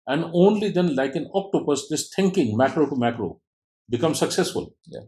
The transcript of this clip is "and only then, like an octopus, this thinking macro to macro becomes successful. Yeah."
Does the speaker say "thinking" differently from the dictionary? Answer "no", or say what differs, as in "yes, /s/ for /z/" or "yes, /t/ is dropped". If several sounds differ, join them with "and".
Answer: yes, /t/ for /θ/